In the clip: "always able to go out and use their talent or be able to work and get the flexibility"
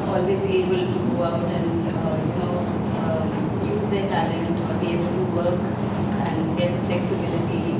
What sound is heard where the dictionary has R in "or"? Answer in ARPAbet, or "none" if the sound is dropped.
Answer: L